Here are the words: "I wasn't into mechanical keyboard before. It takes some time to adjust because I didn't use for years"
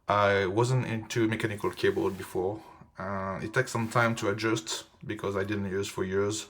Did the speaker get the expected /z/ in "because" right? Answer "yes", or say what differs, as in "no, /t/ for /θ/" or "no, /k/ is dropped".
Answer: yes